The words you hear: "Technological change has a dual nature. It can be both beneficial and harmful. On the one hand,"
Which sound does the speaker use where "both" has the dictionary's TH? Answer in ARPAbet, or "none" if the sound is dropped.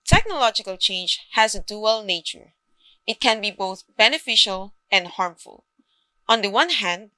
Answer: TH